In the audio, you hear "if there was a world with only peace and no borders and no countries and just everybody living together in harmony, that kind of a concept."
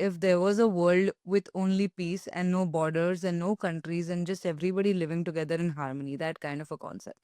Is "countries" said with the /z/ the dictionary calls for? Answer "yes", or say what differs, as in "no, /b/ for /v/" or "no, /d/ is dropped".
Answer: yes